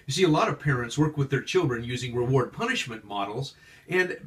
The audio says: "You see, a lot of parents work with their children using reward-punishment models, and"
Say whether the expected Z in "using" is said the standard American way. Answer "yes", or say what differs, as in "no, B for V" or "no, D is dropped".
yes